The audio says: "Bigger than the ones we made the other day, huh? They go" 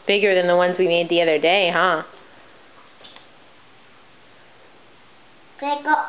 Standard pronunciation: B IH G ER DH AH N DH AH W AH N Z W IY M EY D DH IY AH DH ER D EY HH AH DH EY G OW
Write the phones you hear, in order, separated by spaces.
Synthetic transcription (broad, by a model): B IH G ER DH AH N DH AH W AH N Z W IY M EY D DH IY AH DH ER D EY HH AH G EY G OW